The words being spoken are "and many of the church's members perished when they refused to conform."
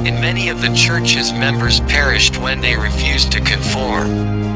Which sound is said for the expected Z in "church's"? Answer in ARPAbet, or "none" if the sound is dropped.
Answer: Z